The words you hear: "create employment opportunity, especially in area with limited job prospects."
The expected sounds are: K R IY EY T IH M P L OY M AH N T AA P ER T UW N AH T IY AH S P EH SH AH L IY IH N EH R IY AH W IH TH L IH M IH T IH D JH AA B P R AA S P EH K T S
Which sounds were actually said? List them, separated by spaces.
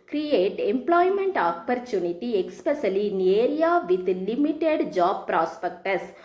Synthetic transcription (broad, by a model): K R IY EY T IH M P L OY M AH N T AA P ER T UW N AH T IY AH S P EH S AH L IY N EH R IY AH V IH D L IH M IH T IH D JH AA B P R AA S P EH K T S